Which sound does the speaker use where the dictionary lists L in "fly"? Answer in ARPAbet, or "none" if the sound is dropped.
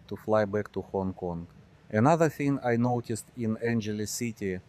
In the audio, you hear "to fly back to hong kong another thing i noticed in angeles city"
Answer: L